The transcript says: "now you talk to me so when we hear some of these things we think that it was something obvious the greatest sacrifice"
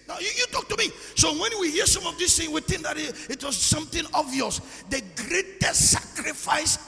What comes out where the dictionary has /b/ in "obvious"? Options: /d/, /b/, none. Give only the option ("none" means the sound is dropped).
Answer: none